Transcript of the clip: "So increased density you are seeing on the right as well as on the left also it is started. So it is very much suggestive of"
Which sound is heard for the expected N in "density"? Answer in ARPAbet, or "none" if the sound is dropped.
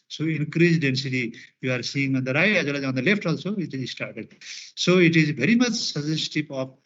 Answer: N